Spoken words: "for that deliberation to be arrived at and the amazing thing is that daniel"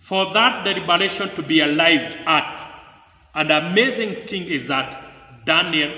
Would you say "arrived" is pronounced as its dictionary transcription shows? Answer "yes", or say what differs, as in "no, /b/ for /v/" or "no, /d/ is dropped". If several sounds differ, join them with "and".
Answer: no, /d/ is dropped